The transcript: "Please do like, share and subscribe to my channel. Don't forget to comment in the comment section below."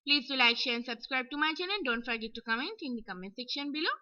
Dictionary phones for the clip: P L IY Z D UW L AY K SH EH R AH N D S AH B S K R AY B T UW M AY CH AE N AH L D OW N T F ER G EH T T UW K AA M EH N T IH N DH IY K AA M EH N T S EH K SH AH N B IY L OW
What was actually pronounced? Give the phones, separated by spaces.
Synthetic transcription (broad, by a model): P L IY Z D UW L AY K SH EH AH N S AH B S K R AY B T UW M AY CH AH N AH N D OW N T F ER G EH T T UW K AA M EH N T IH N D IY K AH M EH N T S EH K SH AH N B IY L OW